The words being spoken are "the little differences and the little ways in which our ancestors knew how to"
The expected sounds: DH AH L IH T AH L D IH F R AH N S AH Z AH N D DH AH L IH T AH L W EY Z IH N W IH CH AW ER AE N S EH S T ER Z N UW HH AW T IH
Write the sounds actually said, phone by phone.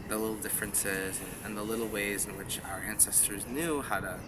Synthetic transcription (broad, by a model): DH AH L IH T L D IH F R AH N S AH Z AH N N DH AH L IH T L W EY Z IH N W IH CH AW ER AE N S EH S T ER Z N UW HH AW T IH